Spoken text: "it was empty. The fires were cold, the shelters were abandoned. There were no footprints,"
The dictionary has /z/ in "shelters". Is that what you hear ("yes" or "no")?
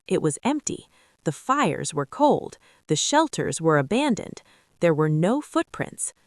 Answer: yes